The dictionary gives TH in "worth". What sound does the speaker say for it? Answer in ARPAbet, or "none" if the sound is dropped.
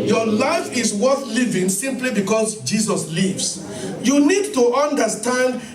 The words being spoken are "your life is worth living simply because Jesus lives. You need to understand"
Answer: TH